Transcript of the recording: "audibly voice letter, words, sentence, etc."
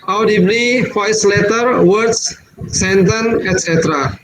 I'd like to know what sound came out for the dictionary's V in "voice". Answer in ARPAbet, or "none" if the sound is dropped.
F